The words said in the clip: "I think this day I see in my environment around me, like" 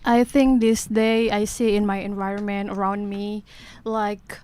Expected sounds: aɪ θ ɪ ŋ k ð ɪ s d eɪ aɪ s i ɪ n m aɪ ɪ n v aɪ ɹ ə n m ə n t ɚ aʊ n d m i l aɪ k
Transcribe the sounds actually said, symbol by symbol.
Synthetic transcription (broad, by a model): aɪ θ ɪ ŋ k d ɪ s d eɪ aɪ s i ɪ n m aɪ ɪ n v aɪ ɹ ə n m ə n t ɚ aʊ n d m i l aɪ k